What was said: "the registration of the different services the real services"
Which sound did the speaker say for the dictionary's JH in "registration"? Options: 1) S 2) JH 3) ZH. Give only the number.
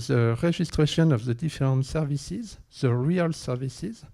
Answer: 3